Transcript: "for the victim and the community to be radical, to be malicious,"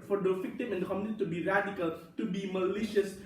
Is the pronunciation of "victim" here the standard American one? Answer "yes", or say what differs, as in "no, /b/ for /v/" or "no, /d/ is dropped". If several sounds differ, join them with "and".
no, /f/ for /v/